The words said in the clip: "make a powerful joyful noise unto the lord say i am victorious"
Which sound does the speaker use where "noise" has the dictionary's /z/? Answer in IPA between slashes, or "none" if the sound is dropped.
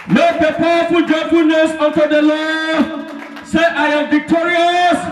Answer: /s/